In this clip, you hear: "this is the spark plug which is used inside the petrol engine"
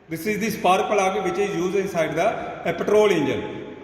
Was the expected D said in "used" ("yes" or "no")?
no